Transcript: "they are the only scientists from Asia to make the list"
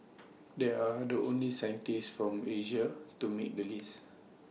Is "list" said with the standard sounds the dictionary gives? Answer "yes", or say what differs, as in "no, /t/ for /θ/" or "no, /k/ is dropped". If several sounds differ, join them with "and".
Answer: no, /t/ is dropped